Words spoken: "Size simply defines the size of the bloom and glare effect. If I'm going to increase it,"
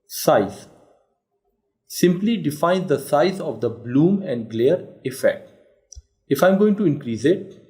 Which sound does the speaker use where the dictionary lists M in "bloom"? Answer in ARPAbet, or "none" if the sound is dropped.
M